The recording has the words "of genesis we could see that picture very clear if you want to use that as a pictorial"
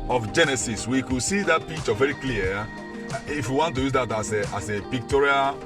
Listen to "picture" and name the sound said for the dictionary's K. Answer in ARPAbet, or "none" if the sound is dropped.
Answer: none